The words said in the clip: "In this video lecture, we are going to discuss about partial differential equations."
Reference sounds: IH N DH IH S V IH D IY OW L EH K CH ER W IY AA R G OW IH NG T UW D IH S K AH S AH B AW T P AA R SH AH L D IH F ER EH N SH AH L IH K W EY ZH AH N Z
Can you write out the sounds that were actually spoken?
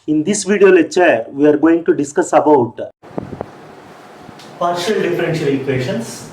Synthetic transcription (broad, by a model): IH N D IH S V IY D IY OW L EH CH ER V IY AA R G OW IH NG T UW D IH S K AH S AH B AW T P AA R SH AH L D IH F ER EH N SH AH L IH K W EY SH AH N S